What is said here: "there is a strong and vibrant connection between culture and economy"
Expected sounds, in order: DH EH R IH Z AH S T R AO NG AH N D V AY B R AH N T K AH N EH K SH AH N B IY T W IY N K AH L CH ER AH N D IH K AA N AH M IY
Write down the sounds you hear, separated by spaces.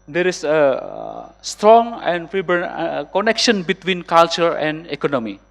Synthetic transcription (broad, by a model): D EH R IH S AH S T R AO NG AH N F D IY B AH T K AH N EH K SH AH N B IY T W IY N K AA L CH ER AH N D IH K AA N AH M IY